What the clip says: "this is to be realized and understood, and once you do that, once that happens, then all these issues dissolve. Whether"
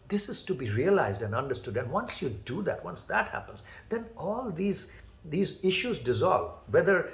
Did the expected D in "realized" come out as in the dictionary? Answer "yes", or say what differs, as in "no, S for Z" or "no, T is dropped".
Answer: yes